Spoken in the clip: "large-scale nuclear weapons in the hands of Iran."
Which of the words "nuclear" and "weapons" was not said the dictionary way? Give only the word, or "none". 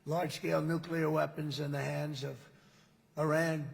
none